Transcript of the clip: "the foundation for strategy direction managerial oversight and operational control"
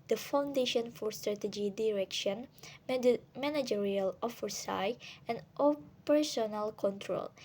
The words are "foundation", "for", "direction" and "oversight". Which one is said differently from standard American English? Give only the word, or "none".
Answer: oversight